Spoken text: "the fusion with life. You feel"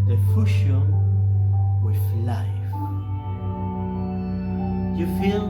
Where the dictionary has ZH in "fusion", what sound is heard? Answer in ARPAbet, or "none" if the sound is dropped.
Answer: SH